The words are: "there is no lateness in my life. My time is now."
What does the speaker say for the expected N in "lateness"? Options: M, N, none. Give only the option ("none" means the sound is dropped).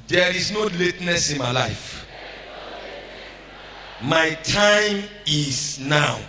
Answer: N